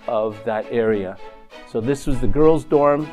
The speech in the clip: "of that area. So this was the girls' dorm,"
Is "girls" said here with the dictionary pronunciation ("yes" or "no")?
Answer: yes